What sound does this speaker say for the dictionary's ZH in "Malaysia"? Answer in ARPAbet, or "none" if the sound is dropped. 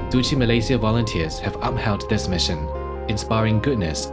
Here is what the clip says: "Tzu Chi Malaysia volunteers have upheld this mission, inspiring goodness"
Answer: Z